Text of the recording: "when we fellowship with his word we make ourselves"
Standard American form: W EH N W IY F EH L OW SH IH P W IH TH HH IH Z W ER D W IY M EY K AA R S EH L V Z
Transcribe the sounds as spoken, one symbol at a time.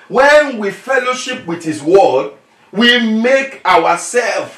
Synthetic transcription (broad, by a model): W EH N W IY F EH L OW SH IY P W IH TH HH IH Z W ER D W IY M EY K AA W S EH L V